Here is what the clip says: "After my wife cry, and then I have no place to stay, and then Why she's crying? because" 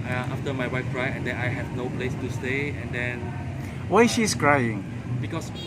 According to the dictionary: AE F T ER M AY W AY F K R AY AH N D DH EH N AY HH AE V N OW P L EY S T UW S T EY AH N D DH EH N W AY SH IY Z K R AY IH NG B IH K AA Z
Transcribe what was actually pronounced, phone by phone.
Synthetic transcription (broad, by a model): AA F T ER M AY W AY F K R AY AH N D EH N AY HH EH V N OW P L EY S T UW S T EY AH N D EH N W AY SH IY S K R AY IH NG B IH K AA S